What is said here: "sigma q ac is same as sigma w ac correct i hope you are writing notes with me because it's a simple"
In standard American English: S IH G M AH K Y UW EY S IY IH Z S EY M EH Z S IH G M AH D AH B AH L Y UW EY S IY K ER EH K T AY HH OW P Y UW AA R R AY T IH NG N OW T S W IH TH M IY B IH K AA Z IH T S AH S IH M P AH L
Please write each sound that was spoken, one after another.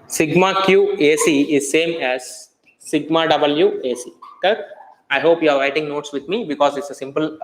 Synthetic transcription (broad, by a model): S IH G M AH K Y UW EY S IY IH Z S EY M EH Z S IH G M AH D AH B AH L Y UW EY S IY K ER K AY HH OW P Y UW AA R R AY T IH NG N OW T S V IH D M IY B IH K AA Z IH T S AH S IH M P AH L